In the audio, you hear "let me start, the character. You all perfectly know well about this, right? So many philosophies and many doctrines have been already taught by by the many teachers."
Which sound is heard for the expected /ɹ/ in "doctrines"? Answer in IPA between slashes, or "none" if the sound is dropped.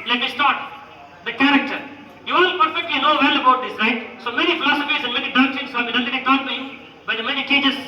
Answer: none